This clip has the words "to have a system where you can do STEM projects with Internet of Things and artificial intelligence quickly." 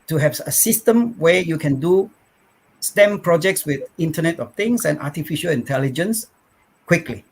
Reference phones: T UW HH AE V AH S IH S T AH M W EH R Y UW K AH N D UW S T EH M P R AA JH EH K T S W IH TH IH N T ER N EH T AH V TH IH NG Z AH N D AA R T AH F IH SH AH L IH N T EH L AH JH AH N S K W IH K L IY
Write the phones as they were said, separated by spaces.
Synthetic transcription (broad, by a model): T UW HH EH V AH S IH S T AH M W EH Y UW K AH N D UW S T EH M P R AA JH EH K T S W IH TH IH N T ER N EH T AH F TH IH NG S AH N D AA T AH F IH SH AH L IH N T EH L AH JH AH N S K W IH K L IY